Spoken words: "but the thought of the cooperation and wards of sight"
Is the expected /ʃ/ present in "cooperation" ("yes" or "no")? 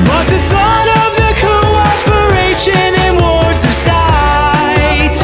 yes